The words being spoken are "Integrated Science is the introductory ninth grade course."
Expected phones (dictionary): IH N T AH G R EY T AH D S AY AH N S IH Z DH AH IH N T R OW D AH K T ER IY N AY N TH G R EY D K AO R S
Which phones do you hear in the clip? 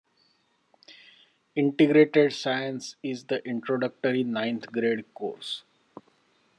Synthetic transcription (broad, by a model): IH N T AH G R EY T AH D S AY AH N S IH Z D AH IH N T R OW D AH K T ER IY N AY N T G R EY D K AO R S